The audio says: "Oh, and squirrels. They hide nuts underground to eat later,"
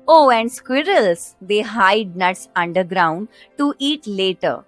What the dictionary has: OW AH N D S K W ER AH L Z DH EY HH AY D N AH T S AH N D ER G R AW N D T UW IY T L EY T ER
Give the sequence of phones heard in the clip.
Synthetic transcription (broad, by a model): OW AH N D S K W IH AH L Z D EY HH AY D N AH T S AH N D ER G R AW N D T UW IY T L EY T ER